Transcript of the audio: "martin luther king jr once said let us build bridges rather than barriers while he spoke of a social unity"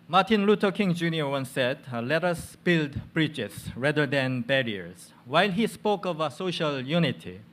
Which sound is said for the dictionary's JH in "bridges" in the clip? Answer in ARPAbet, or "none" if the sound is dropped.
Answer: CH